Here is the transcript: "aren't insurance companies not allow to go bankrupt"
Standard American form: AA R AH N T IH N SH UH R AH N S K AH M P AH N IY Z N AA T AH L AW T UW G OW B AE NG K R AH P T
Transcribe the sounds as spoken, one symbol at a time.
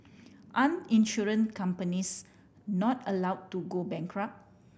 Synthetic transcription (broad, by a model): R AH N IH N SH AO R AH N K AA M P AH N IY S N AA T AH L AW T UW G OW B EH NG K R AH P